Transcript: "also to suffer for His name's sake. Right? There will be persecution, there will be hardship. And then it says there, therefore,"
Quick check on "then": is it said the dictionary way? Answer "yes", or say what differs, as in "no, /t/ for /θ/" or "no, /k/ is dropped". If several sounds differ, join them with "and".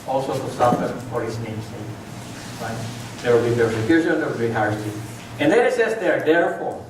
no, /n/ is dropped